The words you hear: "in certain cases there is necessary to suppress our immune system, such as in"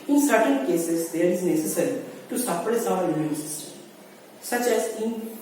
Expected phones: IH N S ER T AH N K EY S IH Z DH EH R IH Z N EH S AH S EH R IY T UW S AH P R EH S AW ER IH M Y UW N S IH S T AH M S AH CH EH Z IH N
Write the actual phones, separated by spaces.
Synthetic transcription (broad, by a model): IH N S ER T AH N K EY S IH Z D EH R IH Z N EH S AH S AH R IY T UW S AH F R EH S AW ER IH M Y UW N S IH S T AH M S AH CH EH Z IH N